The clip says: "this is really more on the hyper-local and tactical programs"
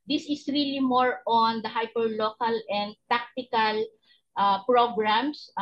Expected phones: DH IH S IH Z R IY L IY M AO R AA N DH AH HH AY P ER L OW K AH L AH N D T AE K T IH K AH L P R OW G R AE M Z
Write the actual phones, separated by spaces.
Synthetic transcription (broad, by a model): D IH S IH S R IY L IY M AO R AA N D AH HH AY P ER L OW K AH L AH N D T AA K T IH K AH L P R OW G R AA M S